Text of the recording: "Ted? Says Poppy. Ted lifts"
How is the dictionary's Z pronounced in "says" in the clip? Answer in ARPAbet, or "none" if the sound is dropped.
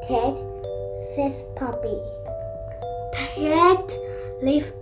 S